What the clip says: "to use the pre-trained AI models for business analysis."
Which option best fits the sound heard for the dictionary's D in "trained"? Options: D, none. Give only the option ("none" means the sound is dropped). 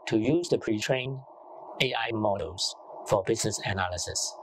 none